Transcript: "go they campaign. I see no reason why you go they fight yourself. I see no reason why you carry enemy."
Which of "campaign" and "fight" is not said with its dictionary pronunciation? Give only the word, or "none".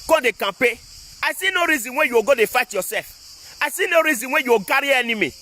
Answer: campaign